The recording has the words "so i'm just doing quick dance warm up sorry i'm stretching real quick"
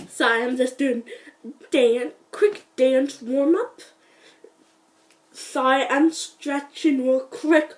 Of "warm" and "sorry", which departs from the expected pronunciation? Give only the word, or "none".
sorry